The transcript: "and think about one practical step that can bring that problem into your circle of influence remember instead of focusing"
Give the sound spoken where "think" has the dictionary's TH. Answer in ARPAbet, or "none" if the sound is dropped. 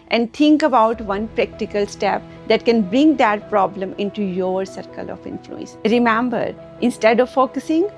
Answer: T